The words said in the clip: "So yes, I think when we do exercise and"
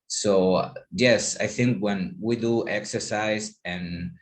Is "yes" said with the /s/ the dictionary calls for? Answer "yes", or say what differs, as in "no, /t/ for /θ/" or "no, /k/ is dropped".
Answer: yes